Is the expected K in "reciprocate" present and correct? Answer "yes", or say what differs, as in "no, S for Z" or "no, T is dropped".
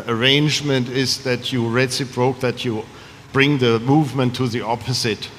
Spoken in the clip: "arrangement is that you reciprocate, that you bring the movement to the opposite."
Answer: no, K is dropped